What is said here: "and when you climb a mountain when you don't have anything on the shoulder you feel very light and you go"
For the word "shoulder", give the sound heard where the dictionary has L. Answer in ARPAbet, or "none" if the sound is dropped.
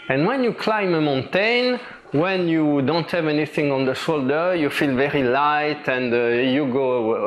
L